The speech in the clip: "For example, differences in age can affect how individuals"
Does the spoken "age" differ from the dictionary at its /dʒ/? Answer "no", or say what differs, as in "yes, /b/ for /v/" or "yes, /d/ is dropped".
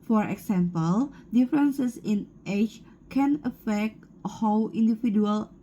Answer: yes, /tʃ/ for /dʒ/